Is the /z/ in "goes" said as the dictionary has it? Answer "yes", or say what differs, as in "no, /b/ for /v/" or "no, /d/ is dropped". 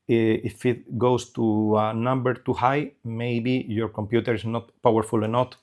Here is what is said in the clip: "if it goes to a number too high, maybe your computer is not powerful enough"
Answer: no, /s/ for /z/